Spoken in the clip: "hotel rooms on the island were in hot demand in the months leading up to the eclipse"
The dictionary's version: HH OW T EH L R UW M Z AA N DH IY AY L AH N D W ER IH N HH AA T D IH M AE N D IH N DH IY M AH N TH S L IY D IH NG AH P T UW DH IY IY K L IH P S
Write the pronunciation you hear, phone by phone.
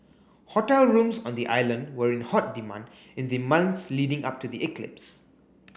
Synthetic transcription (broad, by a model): HH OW T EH L R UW M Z AA N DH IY AY L AH N D W ER IH N HH AA T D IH M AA N D IH N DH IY M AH N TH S L IY D IH NG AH P T UW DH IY IY K L IH P S